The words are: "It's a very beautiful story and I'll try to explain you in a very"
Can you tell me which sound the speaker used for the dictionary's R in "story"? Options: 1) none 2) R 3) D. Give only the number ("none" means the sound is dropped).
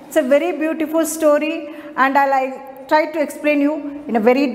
2